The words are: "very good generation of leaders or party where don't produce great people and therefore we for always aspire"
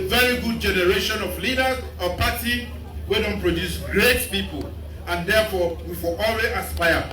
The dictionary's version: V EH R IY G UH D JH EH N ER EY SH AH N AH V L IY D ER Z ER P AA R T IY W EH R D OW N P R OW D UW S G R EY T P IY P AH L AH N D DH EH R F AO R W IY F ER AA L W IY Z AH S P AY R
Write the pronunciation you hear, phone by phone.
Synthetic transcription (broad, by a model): V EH R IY G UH D JH EH N ER EY SH AH N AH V L IY D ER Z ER P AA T IY W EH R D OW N P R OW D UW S G R EY T P IY P AH L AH N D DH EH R F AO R W IY F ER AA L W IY AH S P AY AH